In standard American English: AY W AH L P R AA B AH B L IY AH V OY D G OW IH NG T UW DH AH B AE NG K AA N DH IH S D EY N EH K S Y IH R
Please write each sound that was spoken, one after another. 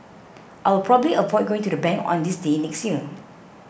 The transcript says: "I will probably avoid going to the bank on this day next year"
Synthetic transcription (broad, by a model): AY W AH L P R AA B AH B L IY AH P OY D G OW IH NG T UW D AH B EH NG K AA N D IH S D EY N EH K S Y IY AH